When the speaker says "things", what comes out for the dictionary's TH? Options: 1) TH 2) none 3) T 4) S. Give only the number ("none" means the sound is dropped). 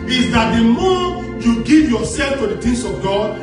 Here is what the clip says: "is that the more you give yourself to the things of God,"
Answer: 3